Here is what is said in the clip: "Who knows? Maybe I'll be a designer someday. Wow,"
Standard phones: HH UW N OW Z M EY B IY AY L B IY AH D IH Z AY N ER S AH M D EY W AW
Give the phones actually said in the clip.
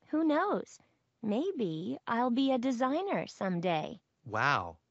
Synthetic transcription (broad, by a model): HH UW N OW Z M EY B IY AY L B IY AH D IH Z AY N ER S AH M D EY W AW